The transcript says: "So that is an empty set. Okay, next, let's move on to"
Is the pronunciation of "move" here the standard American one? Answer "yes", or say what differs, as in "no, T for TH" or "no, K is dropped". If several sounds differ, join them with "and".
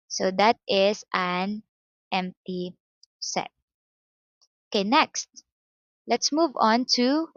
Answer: yes